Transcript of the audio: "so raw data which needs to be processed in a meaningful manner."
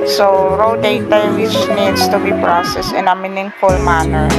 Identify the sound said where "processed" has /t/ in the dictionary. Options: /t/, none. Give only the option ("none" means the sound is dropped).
none